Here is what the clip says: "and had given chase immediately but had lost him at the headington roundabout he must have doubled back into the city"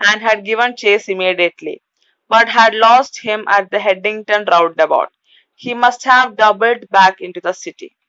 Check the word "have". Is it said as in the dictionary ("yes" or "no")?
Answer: yes